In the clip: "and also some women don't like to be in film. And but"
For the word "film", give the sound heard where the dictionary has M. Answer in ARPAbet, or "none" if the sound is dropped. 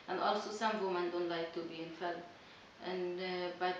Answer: none